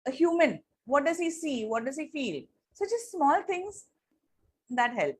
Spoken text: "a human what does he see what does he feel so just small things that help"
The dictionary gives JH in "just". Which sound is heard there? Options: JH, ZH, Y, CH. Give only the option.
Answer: CH